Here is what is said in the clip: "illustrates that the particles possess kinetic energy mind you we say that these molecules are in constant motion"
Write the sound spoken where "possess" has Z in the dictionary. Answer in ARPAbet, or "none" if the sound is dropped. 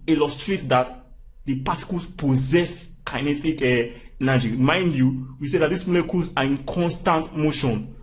Z